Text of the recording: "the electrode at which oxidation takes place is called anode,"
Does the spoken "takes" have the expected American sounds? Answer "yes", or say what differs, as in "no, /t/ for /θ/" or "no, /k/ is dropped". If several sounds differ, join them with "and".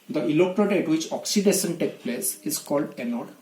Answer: no, /s/ is dropped